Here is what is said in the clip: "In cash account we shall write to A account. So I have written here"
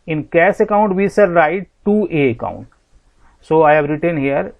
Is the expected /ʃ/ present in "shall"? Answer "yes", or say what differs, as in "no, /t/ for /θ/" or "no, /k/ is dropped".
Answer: no, /s/ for /ʃ/